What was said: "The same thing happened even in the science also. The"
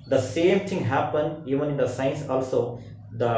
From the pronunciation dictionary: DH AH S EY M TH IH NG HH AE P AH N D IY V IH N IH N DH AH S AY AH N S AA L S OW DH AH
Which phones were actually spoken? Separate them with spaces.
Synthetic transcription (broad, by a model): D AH S EY M T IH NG HH AE P AH N D IY V IH N IH N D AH S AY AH N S AA L S OW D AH